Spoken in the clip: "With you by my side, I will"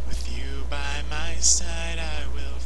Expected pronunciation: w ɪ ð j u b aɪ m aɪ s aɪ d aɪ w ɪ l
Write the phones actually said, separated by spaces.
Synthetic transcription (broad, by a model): w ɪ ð j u b aɪ m aɪ s aɪ d aɪ w ɪ l